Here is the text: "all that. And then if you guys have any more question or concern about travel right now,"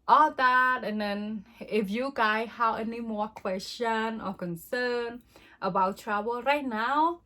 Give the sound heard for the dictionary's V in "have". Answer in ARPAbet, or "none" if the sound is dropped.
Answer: W